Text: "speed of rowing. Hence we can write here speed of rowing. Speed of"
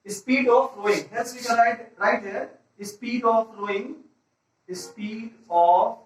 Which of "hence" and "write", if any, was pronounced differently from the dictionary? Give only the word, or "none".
hence